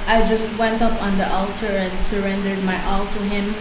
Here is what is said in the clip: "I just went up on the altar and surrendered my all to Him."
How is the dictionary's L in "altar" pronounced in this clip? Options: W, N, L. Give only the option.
L